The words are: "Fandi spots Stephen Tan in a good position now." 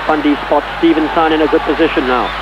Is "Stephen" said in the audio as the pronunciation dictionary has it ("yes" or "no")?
yes